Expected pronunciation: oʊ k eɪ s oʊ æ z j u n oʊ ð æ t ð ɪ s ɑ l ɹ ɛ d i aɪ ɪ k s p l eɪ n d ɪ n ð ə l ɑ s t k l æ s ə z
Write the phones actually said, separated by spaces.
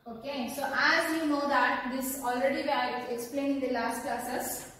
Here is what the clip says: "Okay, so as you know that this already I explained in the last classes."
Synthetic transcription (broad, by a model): oʊ k eɪ s oʊ æ z j u n oʊ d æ t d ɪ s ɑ l ɹ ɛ d i aɪ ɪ k s p l eɪ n ɪ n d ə l ɑ s t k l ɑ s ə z